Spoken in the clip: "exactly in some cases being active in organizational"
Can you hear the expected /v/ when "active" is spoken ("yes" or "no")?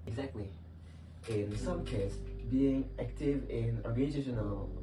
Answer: yes